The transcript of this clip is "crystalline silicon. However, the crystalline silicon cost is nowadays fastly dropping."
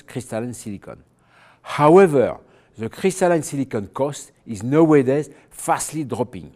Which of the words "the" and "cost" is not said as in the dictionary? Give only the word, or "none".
none